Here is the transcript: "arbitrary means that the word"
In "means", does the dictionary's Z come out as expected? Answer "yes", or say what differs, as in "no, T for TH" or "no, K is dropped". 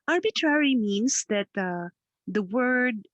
no, S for Z